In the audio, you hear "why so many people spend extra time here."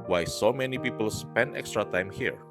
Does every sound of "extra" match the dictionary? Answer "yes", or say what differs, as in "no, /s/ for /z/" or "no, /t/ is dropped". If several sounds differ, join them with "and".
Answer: yes